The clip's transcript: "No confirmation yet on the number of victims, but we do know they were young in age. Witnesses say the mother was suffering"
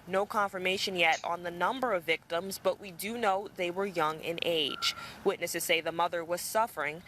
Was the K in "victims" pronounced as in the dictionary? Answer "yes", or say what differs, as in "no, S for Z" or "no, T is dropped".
yes